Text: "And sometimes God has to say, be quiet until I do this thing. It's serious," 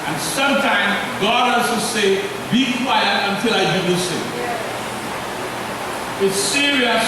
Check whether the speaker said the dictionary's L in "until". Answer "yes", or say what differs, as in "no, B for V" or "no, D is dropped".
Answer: yes